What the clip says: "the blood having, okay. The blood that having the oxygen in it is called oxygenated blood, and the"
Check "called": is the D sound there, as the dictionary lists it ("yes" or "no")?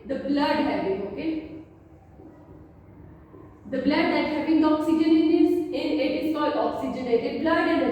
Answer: no